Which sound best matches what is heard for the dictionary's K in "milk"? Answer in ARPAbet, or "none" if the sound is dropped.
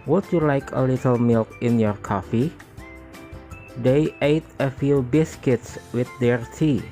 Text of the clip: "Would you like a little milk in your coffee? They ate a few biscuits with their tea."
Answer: K